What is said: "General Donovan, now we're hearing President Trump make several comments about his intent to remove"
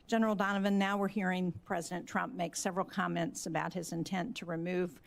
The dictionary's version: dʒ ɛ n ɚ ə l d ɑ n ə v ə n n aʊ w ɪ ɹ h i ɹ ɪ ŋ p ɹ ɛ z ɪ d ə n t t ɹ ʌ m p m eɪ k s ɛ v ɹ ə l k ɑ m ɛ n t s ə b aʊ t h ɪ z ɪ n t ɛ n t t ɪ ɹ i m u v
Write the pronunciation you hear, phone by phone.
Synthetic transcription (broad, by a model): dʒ ɛ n ɚ l d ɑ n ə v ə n n aʊ w ɪ ɹ h i ɹ ɪ ŋ p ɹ ɛ z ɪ d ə n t t ɹ ʌ m p m eɪ k s ɛ v ɹ l k ɑ m ɛ n t s ə b aʊ t h ɪ z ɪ n t ɛ n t t ɪ ɹ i m u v